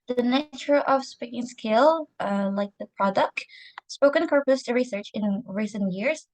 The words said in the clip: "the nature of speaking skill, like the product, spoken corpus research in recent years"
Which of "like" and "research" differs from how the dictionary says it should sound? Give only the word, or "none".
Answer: none